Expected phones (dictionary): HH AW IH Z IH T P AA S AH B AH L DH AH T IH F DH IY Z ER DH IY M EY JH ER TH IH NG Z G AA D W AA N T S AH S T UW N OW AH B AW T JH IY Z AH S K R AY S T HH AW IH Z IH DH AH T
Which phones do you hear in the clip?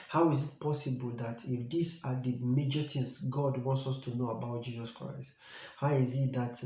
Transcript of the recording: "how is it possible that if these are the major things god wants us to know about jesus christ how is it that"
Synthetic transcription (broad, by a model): HH AW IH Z IH T P AA S AH B AH L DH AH T IH F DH IY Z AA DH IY M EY JH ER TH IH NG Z G AA D W AA N T S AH S T UW N OW AH B AW T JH IY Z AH S K R AY S T HH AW IH Z IH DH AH T